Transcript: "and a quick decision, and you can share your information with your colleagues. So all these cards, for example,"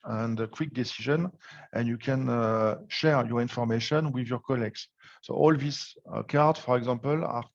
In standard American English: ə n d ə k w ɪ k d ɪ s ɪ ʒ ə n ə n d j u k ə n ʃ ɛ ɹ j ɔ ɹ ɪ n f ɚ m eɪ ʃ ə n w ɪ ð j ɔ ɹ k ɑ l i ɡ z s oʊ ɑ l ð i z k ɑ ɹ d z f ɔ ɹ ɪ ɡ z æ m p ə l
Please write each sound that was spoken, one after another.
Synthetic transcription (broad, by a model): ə n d ə k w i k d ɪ s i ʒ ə n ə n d j u k ə n ʃ ɛ ɹ j ɔ ɹ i n f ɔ m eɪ ʃ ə n w ɪ ð j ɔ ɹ k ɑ l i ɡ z s oʊ ɑ l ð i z k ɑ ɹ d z f ɔ ɹ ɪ ɡ z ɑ m p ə l